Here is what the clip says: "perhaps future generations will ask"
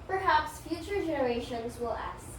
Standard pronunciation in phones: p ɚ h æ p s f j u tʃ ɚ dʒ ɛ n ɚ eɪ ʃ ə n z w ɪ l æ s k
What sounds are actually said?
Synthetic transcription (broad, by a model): p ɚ h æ p s f j u tʃ ɚ dʒ ɛ n ɚ eɪ ʃ ə n z w ɪ l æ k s